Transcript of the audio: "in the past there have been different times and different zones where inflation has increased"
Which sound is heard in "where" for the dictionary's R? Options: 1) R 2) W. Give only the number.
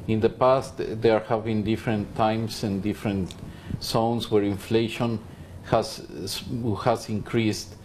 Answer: 1